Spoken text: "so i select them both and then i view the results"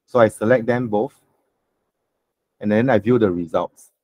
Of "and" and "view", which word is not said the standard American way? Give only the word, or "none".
none